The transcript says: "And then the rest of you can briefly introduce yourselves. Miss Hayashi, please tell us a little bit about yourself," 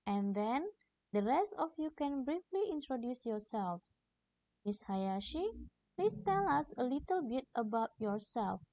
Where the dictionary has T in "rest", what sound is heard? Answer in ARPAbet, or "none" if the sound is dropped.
T